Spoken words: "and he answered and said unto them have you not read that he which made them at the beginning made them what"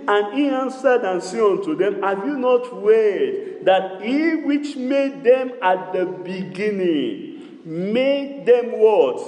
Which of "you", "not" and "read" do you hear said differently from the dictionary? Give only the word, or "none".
read